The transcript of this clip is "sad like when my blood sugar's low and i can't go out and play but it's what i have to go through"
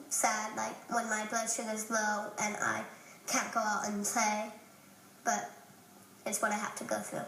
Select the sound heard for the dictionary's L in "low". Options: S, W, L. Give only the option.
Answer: W